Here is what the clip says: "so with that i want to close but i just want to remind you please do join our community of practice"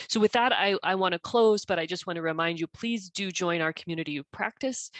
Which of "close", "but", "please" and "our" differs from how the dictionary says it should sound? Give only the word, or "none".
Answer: none